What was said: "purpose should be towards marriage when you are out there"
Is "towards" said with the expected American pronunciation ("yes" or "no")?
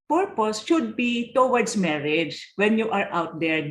no